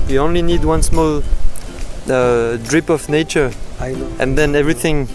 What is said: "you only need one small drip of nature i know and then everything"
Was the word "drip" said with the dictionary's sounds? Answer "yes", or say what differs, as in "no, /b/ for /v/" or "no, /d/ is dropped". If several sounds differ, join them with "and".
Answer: yes